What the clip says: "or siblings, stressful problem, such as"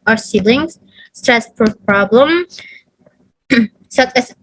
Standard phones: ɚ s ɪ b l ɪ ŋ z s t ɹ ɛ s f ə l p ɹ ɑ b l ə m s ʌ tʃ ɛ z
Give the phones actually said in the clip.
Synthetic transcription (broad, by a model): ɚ s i l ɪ ŋ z s t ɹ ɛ s p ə p ɹ ɑ b l ə m s ʌ tʃ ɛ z